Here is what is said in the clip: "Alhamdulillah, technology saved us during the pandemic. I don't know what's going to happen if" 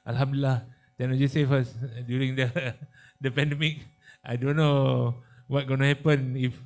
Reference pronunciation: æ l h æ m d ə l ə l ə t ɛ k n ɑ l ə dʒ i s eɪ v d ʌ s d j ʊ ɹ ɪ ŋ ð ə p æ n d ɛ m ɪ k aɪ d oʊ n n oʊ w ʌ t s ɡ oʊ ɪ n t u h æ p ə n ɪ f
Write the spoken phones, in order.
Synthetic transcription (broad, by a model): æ l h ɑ m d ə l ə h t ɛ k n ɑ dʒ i s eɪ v ʌ s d j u ɹ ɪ ŋ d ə p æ n d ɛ m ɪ k aɪ d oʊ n n oʊ w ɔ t ɡ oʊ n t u h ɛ p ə n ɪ f